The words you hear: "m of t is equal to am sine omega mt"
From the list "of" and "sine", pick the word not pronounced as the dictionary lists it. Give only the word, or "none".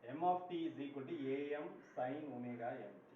of